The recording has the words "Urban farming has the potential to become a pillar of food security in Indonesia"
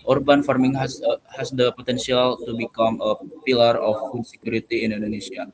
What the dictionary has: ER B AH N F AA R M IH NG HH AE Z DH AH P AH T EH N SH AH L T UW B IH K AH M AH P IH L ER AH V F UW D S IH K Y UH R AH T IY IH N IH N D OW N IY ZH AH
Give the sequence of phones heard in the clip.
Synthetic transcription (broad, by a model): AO B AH N F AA R M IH NG HH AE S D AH P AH T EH N S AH L T UW B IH K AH M AH P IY L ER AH F UW D S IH K Y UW R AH T IY IH N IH N D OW N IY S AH